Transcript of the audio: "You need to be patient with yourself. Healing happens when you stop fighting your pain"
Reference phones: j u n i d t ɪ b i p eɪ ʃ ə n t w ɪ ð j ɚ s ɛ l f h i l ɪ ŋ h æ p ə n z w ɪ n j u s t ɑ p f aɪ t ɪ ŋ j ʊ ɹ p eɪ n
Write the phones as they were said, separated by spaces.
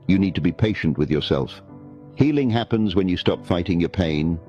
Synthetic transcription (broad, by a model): j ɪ n i d t ɪ b i p eɪ ʃ ə n t w ɪ ð j ɚ s ɛ l f h i l ɪ ŋ h æ p ə n z w ɪ n j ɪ s t ɑ p f aɪ t ɪ ŋ j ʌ ɹ p eɪ n